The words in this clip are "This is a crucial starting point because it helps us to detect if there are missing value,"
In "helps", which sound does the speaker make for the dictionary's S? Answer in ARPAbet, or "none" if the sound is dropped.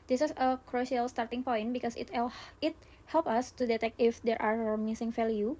none